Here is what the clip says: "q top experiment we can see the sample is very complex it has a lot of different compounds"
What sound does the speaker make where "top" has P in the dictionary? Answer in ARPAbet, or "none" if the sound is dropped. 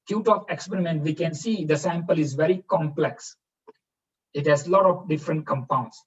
F